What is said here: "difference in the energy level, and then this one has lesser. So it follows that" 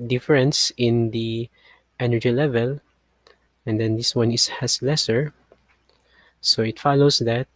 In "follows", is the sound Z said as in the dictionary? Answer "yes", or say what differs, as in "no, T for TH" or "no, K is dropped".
no, S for Z